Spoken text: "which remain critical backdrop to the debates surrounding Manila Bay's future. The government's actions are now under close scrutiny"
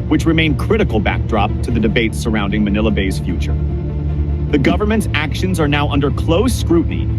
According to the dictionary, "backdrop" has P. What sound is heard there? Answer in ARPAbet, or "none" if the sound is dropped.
P